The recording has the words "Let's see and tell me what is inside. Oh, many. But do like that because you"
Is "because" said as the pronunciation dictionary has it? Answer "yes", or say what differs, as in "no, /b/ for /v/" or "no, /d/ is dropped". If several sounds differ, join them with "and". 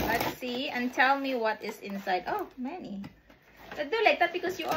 no, /s/ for /z/